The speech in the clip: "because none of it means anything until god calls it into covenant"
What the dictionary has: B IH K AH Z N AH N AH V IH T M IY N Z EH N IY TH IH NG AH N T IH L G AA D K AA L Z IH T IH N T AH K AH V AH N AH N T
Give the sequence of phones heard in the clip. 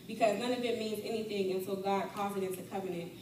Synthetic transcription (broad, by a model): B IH K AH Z N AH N AH V IH T M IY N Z EH N IY TH IH NG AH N S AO G AA D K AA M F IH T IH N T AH K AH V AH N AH N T